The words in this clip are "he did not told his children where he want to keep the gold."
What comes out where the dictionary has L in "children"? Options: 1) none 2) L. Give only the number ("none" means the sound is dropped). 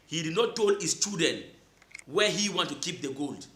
1